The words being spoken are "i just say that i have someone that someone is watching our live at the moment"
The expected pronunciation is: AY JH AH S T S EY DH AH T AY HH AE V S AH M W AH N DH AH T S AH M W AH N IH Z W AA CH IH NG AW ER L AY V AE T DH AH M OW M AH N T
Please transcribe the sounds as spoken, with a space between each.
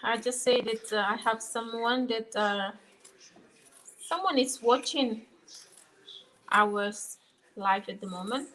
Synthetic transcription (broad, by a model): AY JH AH S T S EY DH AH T AY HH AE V S AH M W AH N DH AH T S AH M W AH N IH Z W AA CH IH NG AW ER L AY F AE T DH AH M OW M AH N T